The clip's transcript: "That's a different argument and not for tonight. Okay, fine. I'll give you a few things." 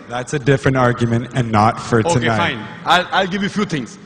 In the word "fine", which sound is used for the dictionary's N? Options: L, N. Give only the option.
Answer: L